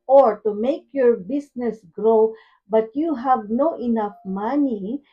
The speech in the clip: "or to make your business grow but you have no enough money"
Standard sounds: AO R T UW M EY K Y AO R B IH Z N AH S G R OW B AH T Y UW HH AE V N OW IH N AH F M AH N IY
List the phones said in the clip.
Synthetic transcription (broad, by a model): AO R T UW M EY K Y AO R B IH S N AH S G R OW B AH T Y UW HH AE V N OW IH N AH F M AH N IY